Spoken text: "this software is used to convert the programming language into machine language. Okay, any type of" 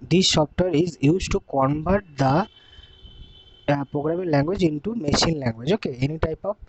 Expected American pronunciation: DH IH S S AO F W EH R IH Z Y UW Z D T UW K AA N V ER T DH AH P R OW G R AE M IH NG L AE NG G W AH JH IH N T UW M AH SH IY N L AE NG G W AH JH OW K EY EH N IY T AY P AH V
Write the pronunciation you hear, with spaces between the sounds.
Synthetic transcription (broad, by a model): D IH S SH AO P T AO R IH Z Y UW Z T UW K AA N B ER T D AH P R OW G R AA M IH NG L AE NG G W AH JH IH N T UW M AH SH IY N L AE NG G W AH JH OW K EY EH N IY T AY P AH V